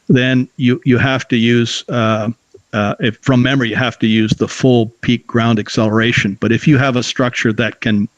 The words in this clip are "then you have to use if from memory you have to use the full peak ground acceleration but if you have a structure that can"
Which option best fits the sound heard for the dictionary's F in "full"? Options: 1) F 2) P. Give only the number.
1